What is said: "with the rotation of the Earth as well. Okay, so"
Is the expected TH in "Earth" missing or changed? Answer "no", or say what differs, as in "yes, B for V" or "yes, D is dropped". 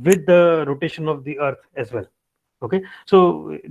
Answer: yes, T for TH